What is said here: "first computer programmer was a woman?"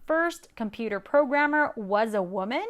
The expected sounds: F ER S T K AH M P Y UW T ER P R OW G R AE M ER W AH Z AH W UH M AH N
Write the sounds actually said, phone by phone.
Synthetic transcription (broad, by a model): F ER S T K AH M P Y UW T ER P R OW G R AE M ER W AH Z AH W UH M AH N